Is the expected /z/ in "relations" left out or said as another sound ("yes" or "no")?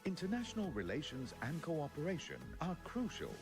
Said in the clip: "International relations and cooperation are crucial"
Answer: no